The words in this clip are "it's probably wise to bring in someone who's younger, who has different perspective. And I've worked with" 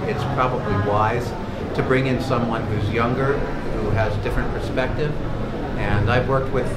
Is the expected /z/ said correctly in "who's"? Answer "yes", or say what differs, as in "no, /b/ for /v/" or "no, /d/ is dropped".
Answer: yes